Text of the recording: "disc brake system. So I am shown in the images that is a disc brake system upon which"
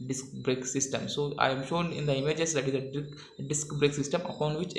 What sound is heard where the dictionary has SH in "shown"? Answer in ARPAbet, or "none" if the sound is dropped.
SH